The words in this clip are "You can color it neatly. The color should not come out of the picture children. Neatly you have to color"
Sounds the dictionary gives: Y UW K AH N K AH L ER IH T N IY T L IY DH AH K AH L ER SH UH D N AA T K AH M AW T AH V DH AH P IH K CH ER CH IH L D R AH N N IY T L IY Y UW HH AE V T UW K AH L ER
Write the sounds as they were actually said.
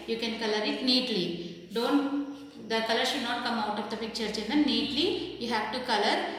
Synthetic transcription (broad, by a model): Y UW K AH N K AH L ER IH T N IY T L IY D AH K AH L ER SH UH D N AA T K AH M AW T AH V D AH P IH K CH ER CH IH N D AH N N IY T L IY Y UW HH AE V T UW K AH L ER